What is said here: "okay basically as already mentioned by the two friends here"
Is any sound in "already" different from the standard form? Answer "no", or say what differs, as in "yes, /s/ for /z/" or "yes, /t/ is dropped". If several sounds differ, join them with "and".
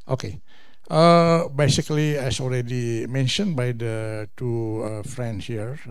yes, /l/ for /ɹ/